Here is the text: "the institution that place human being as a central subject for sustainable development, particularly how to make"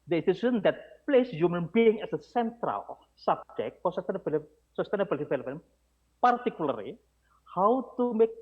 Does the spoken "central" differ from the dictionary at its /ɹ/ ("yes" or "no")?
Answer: no